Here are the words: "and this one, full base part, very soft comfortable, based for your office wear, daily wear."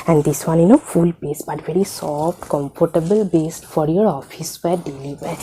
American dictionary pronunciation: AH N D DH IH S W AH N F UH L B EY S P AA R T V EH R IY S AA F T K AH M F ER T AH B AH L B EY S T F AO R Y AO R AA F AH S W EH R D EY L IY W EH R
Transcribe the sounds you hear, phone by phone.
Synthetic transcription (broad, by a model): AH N D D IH S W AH N F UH L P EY S B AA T V EH R IY S AA F T K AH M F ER T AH B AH L B EY S T F AO R Y AO R AA F AH S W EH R D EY L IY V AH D